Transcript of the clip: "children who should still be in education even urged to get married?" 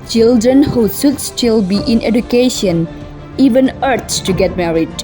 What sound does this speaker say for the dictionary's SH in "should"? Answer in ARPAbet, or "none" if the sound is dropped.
S